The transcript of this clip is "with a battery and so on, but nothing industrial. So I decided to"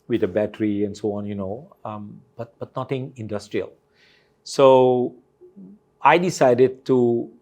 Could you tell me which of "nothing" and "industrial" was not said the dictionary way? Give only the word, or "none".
nothing